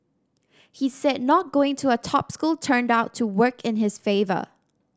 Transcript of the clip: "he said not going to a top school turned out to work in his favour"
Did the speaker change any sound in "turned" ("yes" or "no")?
no